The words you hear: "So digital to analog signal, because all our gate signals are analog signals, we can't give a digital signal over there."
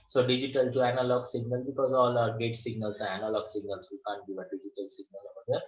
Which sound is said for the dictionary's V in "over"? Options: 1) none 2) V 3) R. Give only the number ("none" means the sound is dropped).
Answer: 1